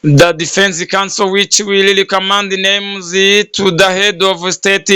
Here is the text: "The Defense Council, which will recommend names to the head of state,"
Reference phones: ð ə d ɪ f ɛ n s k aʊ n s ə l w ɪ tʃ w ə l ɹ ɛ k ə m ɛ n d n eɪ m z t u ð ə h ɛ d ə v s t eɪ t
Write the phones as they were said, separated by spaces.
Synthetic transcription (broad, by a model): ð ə d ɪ f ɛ n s k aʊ n s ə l w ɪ tʃ w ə l l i k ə m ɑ n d n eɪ m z t u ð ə h ɛ d ə v s t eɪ t